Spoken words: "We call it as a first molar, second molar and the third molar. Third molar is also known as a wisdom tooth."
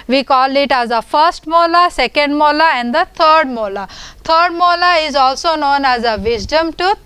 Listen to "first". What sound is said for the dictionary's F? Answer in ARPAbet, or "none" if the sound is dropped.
F